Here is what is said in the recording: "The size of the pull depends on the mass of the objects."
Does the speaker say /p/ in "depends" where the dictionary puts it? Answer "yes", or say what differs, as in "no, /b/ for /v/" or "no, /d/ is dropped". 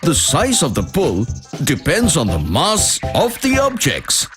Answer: yes